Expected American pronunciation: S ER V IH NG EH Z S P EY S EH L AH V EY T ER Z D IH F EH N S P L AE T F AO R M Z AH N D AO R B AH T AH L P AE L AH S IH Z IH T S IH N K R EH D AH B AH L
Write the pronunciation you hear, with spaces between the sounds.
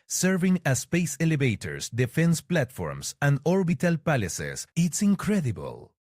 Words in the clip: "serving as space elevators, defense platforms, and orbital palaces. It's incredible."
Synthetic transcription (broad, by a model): S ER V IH NG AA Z S P EY S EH L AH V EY T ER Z D IH F EH N S P L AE T F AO R M S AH N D AO R B AH T AH L P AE L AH S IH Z IH T S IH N K R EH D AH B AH L